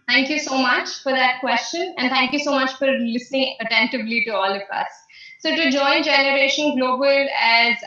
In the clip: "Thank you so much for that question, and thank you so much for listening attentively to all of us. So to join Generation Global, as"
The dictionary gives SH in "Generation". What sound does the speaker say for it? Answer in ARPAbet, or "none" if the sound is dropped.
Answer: SH